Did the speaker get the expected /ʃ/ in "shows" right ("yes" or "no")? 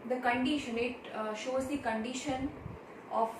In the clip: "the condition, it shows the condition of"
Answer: yes